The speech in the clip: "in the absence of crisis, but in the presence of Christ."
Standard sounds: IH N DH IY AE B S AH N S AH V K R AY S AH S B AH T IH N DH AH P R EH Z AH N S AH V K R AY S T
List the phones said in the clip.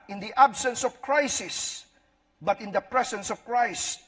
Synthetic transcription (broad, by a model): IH N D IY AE B S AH N S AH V K R AY S AH S B AH T IH N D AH P R EH S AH N S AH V K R AY S T